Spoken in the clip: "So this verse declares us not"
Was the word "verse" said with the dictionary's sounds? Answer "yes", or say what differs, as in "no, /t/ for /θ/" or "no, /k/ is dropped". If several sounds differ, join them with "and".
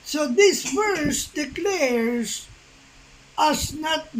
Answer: no, /f/ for /v/